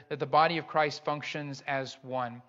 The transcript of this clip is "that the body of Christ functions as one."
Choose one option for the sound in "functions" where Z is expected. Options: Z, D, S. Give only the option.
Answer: Z